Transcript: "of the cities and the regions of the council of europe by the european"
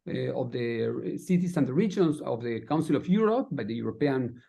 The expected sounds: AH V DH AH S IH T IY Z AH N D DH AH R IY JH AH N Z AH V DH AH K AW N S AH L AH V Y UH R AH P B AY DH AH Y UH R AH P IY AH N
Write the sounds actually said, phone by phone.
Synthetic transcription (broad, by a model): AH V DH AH S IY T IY S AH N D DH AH R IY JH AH N S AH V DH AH K AW N S AH L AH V Y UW R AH P B AY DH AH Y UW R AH P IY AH N